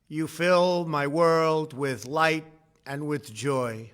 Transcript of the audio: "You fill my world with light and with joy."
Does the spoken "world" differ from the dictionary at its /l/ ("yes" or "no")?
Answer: no